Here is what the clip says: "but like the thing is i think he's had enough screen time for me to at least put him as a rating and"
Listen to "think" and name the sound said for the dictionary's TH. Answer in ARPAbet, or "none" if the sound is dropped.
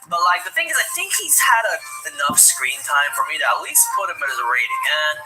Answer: TH